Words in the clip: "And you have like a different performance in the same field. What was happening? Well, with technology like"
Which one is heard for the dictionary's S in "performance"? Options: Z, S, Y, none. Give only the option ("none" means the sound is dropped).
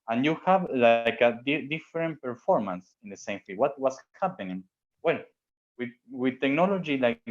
S